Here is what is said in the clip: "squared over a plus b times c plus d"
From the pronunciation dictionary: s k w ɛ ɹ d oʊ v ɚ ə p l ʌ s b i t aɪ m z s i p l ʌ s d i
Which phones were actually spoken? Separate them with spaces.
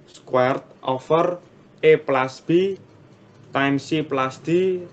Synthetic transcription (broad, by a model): s k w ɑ ɹ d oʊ f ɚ ə p l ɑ s b i t aɪ m s i p l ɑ s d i